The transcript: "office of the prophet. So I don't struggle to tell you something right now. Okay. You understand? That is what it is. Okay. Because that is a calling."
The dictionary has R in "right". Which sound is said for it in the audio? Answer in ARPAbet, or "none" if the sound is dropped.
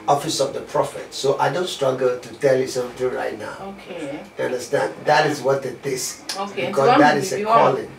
R